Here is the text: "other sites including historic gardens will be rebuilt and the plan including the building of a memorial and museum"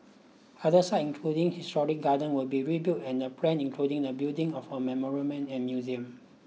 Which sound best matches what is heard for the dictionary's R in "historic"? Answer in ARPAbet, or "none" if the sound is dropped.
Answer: R